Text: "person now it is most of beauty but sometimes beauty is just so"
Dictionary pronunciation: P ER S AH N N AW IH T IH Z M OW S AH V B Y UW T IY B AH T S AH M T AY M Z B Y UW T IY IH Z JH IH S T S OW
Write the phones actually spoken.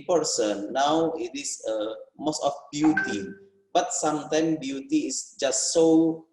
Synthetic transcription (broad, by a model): P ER S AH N N AW IH T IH S M OW S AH F B Y UW T IY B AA T S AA M T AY M B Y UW T IY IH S JH IH S T S OW